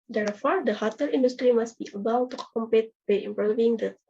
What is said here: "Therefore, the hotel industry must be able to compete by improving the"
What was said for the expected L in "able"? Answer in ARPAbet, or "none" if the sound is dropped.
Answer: W